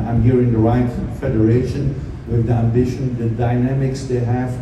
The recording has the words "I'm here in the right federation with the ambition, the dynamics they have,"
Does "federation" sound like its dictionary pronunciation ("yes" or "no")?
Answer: yes